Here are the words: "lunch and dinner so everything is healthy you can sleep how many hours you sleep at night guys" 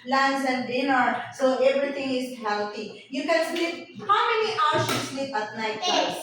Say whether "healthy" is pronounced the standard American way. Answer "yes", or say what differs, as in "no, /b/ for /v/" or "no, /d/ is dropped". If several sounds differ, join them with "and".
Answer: no, /t/ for /θ/